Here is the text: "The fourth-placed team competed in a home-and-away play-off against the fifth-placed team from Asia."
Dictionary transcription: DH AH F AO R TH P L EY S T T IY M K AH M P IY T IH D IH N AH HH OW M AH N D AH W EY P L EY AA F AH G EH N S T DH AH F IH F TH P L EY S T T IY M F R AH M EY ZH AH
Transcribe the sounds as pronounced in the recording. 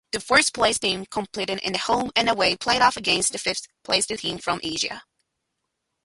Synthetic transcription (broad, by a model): DH AH F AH R S P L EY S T T IY M K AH M P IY T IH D IH N AH HH OW M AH N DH AH W EY P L EY AA F AH G EH N S T DH AH F IH F TH P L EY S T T IY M F R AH M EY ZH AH